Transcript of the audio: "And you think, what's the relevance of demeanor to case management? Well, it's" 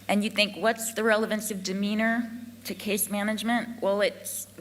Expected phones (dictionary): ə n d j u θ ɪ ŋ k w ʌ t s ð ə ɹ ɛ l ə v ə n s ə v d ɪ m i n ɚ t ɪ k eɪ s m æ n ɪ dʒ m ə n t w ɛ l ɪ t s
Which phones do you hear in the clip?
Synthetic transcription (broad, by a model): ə n j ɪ θ ɪ ŋ k w ʌ t s ð ə ɹ ɛ l ə v ə n s ə v d ɪ m i n ɚ t ɪ k eɪ s m æ n ɪ dʒ m ə n t w ɛ l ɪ t s